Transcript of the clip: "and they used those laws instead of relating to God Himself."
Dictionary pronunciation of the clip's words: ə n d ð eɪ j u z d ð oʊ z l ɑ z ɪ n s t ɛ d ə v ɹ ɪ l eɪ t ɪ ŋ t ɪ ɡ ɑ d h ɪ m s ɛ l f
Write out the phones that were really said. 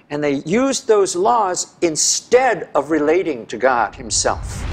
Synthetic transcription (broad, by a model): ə n ð eɪ j u z ð oʊ z l ɑ z ɪ n s t ɛ d ə v ɹ ɪ l eɪ t ɪ ŋ t ɪ ɡ ɑ d h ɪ m s ɛ l f